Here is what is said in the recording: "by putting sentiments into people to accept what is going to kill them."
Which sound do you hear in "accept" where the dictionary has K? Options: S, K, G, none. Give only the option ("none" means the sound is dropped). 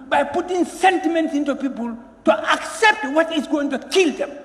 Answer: K